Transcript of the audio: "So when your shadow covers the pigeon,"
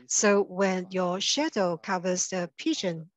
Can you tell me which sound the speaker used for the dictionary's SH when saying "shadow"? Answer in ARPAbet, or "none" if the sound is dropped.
SH